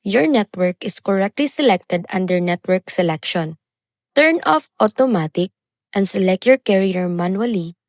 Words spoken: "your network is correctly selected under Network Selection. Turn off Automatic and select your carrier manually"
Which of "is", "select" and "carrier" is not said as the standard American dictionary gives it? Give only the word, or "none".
is